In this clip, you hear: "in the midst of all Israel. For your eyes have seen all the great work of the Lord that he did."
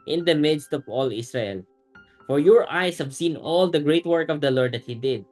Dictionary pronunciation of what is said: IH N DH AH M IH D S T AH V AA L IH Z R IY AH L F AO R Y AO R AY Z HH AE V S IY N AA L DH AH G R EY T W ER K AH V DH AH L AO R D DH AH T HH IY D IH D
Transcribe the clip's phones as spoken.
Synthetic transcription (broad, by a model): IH N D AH M IH D S T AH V AA L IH S R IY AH L F AO R Y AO R AY S HH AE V S IY N AA L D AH G R EY T W ER K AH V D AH L AO R D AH T HH IY D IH D